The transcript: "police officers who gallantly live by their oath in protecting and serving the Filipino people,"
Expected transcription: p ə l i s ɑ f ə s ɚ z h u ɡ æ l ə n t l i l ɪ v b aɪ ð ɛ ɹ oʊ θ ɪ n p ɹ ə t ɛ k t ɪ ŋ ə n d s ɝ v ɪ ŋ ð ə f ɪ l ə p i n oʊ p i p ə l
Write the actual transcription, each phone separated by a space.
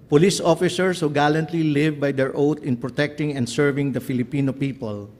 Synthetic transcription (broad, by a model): p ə l i s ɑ f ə s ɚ s h u ɡ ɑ l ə n t l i l ɪ v b aɪ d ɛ ɹ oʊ t ɪ n p ɹ ə t ɛ k t ɪ ŋ ə n d s ɝ v ɪ ŋ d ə f ɪ l ə p i n oʊ p i p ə l